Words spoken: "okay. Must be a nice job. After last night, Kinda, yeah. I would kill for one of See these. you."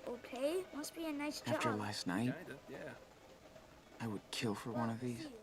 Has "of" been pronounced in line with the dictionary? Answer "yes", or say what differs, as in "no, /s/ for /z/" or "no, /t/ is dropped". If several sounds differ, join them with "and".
yes